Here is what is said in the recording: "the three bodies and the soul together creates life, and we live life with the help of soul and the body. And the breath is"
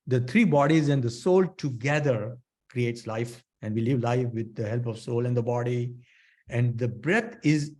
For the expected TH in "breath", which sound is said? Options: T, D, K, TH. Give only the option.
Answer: T